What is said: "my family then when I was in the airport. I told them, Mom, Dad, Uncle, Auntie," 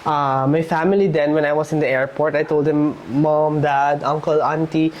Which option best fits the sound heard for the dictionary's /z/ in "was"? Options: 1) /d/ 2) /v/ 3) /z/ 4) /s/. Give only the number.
4